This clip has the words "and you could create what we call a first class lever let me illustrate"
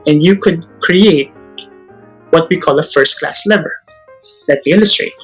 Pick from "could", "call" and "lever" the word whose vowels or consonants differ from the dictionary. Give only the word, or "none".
none